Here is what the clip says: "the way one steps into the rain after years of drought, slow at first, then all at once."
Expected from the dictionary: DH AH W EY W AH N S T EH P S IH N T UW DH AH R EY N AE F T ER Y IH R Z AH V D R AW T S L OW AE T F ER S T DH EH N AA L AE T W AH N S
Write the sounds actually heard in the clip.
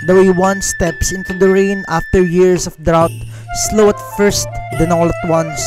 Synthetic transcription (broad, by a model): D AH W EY W AH N S T EH P S IH N T UW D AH R EY N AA F T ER Y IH R S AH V D R AW T S L OW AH T F ER S T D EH N AA L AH T W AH N S